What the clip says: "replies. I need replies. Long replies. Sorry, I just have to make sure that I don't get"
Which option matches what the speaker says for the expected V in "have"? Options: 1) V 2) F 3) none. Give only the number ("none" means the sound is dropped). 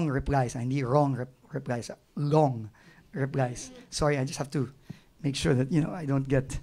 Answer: 2